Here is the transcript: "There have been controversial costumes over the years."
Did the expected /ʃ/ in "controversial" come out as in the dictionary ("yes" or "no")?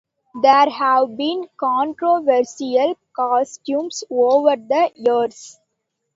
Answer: no